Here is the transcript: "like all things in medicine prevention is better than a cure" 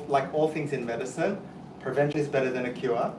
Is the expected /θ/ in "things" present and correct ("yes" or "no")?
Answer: yes